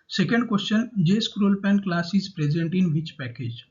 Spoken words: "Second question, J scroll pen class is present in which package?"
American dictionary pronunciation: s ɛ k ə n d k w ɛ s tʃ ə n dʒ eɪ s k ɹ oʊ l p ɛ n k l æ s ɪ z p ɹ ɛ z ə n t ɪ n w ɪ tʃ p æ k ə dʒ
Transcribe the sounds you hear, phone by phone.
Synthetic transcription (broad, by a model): s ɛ k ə n d k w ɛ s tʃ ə n dʒ eɪ s k ɹ oʊ l p ɛ n k l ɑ s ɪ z p ɹ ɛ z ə n t ɪ n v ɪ tʃ p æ k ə dʒ